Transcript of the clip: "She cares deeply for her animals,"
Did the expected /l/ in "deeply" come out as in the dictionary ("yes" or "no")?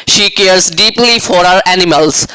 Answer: yes